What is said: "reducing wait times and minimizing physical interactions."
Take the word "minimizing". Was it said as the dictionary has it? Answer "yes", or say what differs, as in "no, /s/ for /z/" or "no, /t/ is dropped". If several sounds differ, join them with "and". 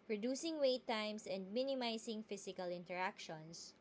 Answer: no, /s/ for /z/